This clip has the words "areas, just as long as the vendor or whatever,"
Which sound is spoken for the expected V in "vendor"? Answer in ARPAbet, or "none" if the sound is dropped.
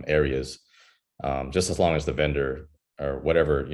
V